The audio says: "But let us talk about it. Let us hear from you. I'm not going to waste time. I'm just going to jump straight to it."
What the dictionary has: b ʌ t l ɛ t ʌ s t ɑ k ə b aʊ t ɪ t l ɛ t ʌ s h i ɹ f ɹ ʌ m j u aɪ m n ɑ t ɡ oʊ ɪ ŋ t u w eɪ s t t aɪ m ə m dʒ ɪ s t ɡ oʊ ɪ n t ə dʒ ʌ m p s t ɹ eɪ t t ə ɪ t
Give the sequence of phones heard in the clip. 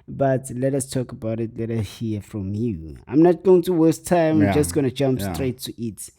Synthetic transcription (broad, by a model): b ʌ t l ɛ t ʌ s t ɑ k ə b aʊ t ɪ t l ɛ t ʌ s h i f ɹ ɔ m j u aɪ m n ɑ t ɡ oʊ ɪ ŋ t u w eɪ s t t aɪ ə m dʒ ɪ s t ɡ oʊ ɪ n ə dʒ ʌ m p s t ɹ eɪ t t ə t